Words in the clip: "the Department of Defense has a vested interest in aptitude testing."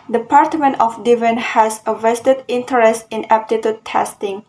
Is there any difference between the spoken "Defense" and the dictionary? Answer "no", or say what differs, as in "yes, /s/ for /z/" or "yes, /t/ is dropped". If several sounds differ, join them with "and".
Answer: yes, /s/ is dropped